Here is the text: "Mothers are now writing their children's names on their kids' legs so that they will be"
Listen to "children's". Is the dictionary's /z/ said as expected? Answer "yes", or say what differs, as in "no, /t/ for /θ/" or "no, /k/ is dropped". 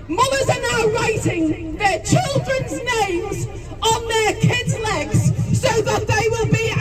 yes